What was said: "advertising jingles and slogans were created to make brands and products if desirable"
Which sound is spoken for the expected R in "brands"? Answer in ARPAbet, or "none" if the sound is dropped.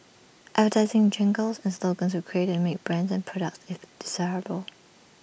R